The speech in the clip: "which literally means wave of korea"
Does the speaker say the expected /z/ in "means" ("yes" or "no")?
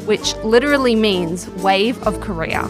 yes